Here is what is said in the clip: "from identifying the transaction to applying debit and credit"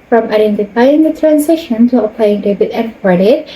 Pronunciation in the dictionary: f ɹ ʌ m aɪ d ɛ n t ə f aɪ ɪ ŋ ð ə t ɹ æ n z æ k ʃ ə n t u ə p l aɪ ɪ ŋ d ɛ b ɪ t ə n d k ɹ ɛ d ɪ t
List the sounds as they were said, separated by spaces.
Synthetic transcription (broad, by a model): f ɹ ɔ m aɪ d ɛ n t ə f aɪ ɪ ŋ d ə t ɹ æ n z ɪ ʃ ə n t u ə p l aɪ ɪ ŋ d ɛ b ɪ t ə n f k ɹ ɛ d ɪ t